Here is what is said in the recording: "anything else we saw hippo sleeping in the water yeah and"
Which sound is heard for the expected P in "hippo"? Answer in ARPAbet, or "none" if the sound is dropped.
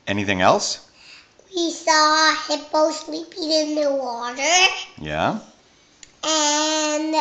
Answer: B